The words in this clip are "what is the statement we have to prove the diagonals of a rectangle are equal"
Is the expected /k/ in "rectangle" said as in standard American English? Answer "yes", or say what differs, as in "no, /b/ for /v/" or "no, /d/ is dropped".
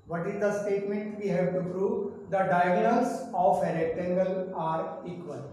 no, /k/ is dropped